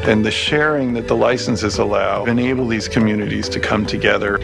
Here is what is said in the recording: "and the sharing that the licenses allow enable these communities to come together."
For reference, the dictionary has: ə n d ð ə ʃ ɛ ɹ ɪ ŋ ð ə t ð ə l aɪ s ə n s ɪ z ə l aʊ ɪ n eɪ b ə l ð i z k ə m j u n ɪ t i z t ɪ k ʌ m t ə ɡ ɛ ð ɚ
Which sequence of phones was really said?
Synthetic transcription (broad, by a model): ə n ð ə ʃ ɛ ɹ ɪ ŋ ð ə t ð ə l aɪ s n s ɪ z ə l aʊ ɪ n eɪ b l ð i z k ə m j u n ɪ t i z t ɪ k ʌ m t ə ɡ ɛ ð ɚ